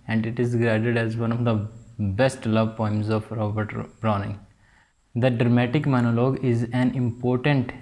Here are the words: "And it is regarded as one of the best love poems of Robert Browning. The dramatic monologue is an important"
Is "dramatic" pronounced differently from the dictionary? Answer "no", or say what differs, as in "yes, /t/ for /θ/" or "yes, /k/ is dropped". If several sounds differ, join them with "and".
no